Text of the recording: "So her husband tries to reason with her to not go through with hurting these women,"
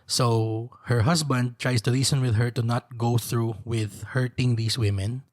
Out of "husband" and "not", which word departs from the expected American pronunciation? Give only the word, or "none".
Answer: husband